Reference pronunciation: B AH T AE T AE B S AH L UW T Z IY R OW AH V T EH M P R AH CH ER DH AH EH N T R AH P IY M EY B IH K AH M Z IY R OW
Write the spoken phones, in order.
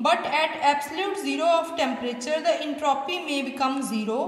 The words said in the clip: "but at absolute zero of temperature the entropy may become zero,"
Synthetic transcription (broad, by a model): B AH T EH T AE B S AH L UW T Z IY R OW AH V T EH M P R AH CH ER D AH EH N T R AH P IY M EY B IH K AH M Z IY R OW